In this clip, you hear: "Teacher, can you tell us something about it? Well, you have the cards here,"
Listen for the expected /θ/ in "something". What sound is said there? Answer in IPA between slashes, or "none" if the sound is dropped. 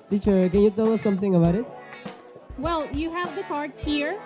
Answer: /θ/